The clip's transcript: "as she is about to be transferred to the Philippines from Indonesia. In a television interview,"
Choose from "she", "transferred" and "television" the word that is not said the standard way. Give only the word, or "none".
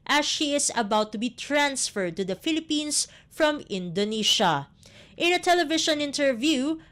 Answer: television